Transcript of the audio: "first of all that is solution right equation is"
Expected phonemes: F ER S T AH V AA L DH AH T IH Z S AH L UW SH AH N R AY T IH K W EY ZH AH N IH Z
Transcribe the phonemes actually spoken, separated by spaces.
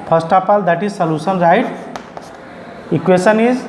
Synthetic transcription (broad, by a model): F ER S T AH P AA L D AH T IH Z S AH L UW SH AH N R AY T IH K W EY S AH N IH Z